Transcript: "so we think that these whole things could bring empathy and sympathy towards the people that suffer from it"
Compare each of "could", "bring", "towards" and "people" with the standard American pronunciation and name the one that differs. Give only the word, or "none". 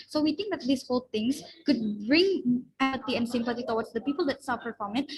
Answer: towards